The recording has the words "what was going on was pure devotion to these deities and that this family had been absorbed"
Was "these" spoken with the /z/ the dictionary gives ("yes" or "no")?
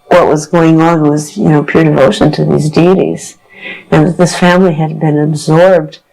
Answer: yes